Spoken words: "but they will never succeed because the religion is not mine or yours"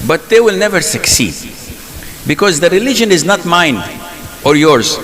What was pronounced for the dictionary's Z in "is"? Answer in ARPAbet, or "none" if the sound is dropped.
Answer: Z